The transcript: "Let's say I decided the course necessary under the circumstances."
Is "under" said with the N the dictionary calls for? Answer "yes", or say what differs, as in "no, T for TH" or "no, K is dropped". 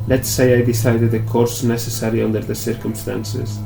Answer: yes